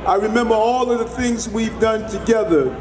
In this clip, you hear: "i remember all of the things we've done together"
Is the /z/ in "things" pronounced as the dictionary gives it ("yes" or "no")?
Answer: yes